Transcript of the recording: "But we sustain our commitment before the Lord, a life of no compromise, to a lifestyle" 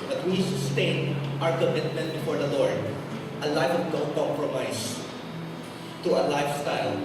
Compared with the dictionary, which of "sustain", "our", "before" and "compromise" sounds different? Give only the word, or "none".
compromise